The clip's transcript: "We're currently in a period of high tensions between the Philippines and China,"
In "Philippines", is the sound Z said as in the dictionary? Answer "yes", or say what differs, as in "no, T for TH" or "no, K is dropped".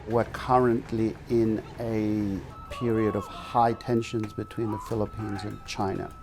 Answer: yes